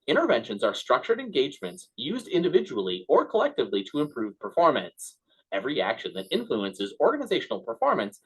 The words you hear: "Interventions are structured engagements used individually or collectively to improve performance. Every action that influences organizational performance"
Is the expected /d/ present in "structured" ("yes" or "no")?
yes